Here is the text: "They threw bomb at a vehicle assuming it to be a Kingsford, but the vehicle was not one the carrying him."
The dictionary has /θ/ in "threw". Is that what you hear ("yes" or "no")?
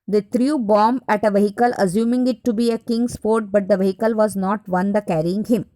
no